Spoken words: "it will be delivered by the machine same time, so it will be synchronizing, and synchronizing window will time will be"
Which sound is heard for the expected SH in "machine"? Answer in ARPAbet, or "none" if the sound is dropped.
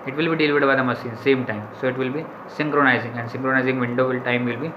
S